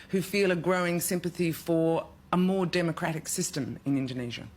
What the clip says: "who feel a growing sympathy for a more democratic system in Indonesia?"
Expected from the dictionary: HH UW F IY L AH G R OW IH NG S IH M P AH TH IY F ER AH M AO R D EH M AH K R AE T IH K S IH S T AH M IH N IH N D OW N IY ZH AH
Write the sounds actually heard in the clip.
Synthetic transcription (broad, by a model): HH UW F IY L AH G R OW IH NG S IH M P AH TH IY F ER AH M AO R D EH M AH K R AE T IH K S IH S T AH M IH N IH N D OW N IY ZH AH